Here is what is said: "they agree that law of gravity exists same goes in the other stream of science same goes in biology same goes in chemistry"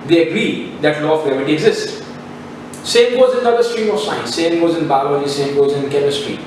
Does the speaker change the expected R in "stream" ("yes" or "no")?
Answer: no